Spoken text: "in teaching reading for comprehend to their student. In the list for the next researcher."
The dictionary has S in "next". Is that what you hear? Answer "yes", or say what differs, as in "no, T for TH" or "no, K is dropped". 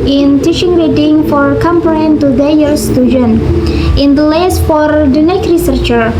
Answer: no, S is dropped